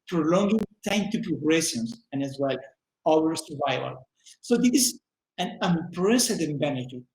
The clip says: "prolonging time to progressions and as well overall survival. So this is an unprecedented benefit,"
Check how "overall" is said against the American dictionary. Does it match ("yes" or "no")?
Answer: no